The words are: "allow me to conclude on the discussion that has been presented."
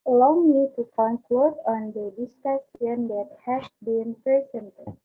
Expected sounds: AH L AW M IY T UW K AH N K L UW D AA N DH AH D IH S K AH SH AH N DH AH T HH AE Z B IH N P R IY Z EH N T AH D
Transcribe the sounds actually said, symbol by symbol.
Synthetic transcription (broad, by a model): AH L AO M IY T UW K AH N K L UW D AA N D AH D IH S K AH S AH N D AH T HH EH S B IH N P R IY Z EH N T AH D